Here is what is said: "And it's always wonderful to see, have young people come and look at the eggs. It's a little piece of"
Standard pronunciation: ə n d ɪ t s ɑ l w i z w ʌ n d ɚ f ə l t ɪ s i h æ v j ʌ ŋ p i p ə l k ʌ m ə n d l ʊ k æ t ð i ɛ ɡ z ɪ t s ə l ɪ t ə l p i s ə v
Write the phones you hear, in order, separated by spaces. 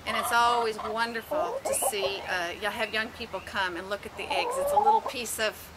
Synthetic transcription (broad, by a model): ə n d ɪ t s ɑ l w i z w ʌ n d ɚ f l t ɪ s i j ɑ v j ʌ ŋ p i p l k ʌ m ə n l ʊ k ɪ t ð i ɛ ɡ z ɪ t s ə l ɪ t l p i s ə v